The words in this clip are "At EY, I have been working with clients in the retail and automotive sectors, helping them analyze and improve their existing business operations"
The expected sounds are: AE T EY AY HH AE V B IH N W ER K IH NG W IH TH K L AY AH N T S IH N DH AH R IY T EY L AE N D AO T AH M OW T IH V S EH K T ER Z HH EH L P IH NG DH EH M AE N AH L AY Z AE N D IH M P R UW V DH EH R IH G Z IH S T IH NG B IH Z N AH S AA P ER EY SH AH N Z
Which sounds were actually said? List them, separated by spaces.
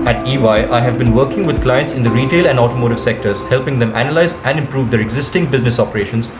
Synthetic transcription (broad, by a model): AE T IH AY HH AE V B IH N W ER K IH NG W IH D K L AY AH N T S IH N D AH R IY T EY L AE N D AO T AH M OW T IH V S EH K T ER Z HH EH L P IH NG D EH M AE N AH L AY Z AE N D IH M P R UW V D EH R IH G Z IH S T IH NG B IH Z N AH S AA P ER EY SH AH N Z